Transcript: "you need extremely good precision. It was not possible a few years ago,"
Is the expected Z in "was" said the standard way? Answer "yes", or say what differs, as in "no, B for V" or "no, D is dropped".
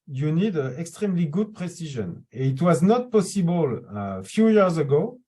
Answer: yes